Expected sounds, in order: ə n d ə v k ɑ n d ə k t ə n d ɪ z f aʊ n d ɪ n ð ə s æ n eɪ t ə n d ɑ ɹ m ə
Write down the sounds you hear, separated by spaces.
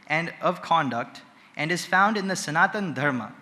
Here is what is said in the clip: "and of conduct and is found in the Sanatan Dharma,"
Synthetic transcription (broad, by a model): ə n d ə v k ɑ n d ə k t ə n d ɪ z f aʊ n d ɪ n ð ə s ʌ n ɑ t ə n d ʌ ɹ m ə